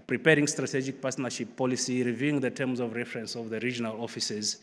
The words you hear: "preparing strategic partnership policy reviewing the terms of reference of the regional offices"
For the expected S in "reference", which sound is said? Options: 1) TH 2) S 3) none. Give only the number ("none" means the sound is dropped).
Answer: 2